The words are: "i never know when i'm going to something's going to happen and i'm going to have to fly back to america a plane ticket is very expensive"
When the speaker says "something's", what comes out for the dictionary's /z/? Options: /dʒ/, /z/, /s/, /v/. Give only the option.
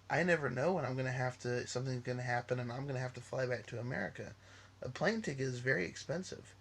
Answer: /z/